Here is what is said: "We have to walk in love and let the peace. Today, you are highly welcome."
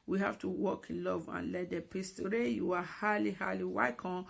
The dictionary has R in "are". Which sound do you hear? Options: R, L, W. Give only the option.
L